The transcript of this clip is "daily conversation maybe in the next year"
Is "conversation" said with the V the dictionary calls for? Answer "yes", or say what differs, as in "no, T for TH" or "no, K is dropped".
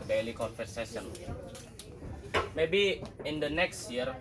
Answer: no, F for V